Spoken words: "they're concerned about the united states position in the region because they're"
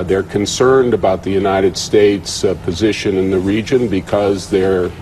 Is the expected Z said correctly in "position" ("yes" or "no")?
yes